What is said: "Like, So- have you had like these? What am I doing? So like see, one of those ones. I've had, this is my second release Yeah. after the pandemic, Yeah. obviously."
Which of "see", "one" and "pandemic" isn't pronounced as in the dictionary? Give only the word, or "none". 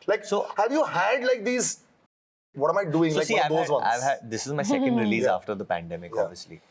one